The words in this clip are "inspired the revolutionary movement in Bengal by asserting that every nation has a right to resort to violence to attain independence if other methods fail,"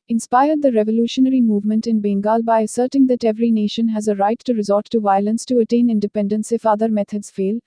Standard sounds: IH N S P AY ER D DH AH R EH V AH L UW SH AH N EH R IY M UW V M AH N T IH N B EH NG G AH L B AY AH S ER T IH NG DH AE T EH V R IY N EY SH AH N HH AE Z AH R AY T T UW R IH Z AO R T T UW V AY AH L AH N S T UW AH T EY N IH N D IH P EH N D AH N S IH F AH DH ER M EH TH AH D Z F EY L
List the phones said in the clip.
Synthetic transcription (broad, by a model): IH N S P AY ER D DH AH R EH V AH L UW SH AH N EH R IY M UW V M AH N T IH N B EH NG G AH L B AY AH S ER T IH NG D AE T EH V R IY N EY SH AH N HH AE Z AH R AY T T UW R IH Z AO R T T UW V AY AH L AH N S T UW AH T EY N IH N D IH P EH N D AH N S IH F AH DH ER M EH T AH D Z F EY L